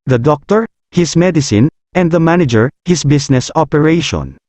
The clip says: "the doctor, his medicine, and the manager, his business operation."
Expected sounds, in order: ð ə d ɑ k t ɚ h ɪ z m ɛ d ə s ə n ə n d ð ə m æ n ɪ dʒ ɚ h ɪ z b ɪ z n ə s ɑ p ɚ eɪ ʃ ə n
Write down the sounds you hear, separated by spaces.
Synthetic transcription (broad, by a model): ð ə d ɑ k t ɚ h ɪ s m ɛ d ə s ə n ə n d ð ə m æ n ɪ dʒ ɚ h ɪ s b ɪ s n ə s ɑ p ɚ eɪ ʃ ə n